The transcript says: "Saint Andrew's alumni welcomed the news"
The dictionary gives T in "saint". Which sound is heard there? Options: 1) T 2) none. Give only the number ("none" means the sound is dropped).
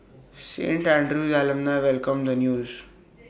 1